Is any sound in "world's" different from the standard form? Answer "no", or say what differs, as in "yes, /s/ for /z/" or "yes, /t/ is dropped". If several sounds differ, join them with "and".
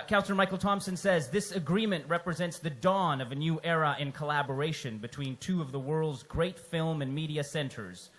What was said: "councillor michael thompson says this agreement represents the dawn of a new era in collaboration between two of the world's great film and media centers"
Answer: no